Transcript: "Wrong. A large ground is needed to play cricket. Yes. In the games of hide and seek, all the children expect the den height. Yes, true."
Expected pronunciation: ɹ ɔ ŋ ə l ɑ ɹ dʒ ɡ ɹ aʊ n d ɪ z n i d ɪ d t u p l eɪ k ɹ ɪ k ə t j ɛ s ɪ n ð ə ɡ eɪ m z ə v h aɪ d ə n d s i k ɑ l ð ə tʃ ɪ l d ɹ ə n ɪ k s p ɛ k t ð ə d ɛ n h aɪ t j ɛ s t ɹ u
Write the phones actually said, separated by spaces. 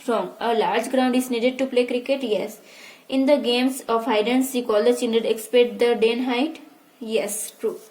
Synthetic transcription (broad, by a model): ɹ ɔ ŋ ə l ɑ ɹ dʒ ɡ ɹ aʊ n d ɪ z n i d ɪ d t u p l eɪ k ɹ ɪ k ə t j ɛ s ɪ n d ə ɡ eɪ m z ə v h aɪ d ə n s i k ɑ l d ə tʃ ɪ n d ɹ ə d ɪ k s p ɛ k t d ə d ɛ n h aɪ t j ɛ s t ɹ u